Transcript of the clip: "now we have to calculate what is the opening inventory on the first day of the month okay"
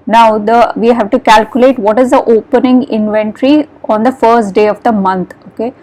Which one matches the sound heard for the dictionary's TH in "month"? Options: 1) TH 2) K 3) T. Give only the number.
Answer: 3